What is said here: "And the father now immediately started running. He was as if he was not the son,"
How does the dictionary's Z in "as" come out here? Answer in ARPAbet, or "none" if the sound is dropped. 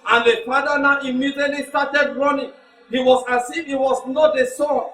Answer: S